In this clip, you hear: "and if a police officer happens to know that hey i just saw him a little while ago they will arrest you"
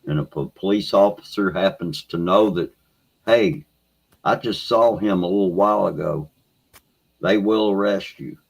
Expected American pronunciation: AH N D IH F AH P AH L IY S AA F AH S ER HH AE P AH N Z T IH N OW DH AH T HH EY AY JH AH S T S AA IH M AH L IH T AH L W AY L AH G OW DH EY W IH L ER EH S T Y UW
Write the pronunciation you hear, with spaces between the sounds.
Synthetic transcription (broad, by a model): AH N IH P AH P AH L IY S AA F AH S ER HH AE P N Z T IH N OW DH AH T HH EY AY JH AH S T S AA IH M AH L IH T L W AY L AH G OW DH EY W IH L ER EH S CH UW